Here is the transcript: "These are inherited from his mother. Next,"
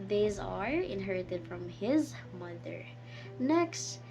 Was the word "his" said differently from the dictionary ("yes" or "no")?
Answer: no